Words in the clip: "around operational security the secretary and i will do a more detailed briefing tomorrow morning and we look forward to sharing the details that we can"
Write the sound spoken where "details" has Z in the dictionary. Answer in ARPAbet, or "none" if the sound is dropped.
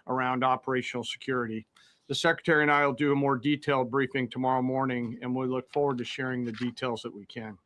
Z